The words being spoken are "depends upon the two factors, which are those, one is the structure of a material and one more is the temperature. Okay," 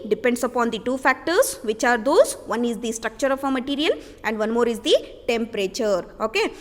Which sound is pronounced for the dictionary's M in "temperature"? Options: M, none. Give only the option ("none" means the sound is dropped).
M